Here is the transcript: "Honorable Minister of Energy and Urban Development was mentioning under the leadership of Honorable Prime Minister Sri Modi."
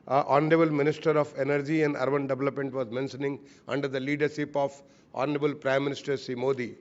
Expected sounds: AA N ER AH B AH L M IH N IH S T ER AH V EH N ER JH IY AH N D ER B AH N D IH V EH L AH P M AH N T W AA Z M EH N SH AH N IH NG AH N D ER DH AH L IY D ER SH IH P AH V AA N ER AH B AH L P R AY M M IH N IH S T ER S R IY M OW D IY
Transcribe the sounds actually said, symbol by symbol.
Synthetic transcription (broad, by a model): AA N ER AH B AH L M IH N IH S T ER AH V EH N ER JH IY AH N D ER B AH N D IH V EH L AH P M AH N T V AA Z M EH N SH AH N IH NG AH N D ER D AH L IY D ER SH IH P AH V AA N ER AH B AH L P R AY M M IH N IH S T ER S IY M OW D IY